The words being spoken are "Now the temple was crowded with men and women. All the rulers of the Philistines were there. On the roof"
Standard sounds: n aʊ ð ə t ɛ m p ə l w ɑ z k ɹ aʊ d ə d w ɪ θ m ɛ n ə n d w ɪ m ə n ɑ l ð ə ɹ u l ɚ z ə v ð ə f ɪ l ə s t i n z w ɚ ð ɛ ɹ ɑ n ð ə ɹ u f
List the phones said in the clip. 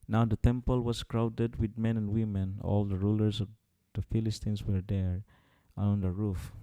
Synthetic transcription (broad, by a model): n aʊ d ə t ɛ m p ə l w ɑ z k ɹ aʊ d ə d w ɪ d m ɛ n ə n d w ɪ m ə n ɑ l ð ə ɹ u l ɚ s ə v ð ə f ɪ l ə s t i n s w ɚ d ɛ ɹ ɑ n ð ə ɹ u f